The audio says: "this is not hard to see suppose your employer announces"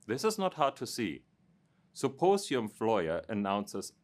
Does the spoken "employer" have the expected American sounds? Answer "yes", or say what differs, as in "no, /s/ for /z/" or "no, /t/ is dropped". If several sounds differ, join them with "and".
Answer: no, /f/ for /p/